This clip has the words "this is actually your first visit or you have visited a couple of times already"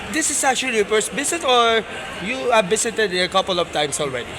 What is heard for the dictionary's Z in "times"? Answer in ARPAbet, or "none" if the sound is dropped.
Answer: S